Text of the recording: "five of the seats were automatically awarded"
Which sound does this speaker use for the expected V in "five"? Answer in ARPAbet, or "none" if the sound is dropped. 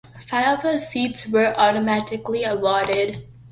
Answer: none